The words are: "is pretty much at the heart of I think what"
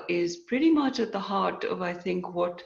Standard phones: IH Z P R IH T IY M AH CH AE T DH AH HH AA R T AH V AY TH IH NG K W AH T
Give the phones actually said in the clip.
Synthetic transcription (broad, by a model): IH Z P R IH T IY M AH CH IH T DH AH HH AA R T AH V AY TH IH NG K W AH T